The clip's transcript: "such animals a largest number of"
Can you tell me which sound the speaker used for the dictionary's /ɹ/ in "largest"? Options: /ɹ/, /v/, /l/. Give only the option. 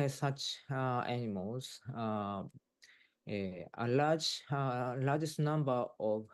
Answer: /l/